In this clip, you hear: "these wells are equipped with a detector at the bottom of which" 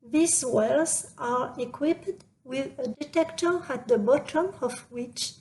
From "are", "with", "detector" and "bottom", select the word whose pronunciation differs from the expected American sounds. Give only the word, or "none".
none